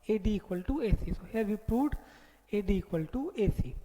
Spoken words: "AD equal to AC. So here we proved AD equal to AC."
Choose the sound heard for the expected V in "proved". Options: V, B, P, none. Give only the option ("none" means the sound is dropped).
none